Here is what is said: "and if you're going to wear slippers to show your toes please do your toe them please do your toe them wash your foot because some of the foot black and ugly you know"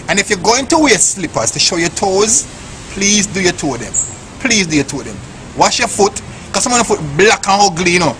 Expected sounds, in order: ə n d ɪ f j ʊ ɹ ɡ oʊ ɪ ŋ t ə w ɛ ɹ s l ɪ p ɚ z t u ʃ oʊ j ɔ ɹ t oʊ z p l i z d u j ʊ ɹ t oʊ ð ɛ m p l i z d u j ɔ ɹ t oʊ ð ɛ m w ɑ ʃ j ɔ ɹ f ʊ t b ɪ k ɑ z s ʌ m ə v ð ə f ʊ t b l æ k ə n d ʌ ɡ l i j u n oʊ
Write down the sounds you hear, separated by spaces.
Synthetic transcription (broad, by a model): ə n ɪ f j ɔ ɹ ɡ oʊ ɪ ŋ t ə w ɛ s l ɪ p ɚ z t u ʃ oʊ j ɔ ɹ t oʊ z p l i z d u j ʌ t oʊ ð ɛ m p l i z d u j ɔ t oʊ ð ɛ m w ɑ ʃ j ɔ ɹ f ʊ t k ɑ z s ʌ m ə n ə f ʊ t b l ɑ k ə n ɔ ɡ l i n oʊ